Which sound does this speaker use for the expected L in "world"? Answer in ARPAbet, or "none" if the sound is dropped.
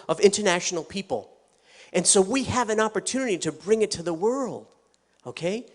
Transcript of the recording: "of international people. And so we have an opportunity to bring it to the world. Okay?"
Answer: L